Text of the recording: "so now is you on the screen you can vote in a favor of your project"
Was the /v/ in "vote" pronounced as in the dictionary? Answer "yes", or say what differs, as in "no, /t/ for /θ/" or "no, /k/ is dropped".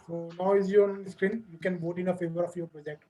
no, /b/ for /v/